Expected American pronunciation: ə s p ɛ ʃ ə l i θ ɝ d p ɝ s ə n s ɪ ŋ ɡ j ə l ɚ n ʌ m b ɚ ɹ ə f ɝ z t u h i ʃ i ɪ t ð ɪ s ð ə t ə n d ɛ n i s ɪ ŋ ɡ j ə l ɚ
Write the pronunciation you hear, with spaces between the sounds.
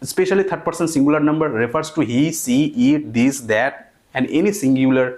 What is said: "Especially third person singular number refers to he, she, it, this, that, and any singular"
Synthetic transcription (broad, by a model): s p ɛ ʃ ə l i t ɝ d p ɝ s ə n s ɪ ŋ ɡ j ə l ɚ n ʌ m b ɚ ɹ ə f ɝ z t u h i s i ɪ t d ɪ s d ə t ə n d ɛ n i s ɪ ŋ ɡ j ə l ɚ